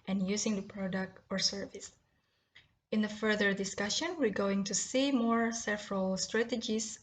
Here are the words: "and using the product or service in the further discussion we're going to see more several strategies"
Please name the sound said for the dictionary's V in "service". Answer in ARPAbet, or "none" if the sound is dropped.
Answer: V